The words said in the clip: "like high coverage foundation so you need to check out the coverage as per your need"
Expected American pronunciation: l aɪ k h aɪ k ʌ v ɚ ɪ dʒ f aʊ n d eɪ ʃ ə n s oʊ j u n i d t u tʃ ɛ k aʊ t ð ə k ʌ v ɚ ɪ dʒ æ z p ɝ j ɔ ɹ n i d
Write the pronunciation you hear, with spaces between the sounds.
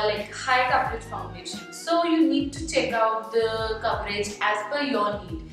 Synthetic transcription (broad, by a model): l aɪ k h aɪ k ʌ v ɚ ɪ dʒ f aʊ n d eɪ ʃ ə n s oʊ j u n i d t u tʃ ɛ k aʊ t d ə k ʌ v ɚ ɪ dʒ æ z f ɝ j ɔ ɹ n i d